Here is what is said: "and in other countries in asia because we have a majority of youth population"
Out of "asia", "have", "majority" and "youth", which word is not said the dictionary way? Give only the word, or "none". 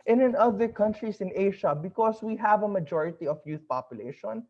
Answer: asia